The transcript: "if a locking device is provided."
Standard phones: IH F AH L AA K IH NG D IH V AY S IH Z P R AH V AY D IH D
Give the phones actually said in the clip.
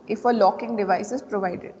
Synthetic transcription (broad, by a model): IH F AH L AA K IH NG D IH V AY S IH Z P R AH V AY D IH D